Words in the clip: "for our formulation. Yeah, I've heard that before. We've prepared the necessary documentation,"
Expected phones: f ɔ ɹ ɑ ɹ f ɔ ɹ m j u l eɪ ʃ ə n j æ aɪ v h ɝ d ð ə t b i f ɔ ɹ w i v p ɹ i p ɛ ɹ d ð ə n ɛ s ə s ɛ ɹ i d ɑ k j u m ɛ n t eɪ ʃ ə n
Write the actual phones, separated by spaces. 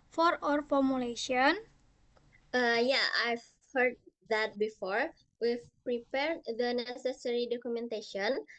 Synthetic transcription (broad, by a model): f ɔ ɹ ɑ ɹ f ɔ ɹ m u l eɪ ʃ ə n j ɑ aɪ v h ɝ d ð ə t b i f ɔ ɹ w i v p ɹ i p ɛ ɹ d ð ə n ɛ s ə s ɛ ɹ i d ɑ k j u m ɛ n t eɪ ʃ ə n